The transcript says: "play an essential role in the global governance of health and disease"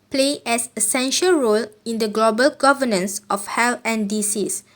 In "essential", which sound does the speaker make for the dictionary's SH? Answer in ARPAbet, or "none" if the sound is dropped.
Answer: SH